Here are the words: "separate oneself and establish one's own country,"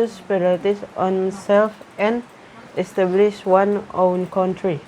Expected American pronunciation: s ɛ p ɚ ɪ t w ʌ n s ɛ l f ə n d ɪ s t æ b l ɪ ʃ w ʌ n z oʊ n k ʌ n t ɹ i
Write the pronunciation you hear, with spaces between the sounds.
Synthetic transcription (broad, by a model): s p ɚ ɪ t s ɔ n s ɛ l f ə n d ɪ s t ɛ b l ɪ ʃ w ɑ n oʊ n k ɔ n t ɹ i